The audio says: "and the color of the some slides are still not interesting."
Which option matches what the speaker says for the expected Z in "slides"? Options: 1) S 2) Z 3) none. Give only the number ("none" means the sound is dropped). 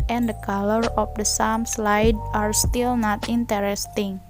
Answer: 3